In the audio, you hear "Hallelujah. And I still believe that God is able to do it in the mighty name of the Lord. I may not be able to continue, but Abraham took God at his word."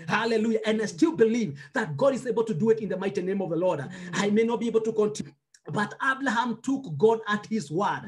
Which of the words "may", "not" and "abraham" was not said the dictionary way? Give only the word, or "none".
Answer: abraham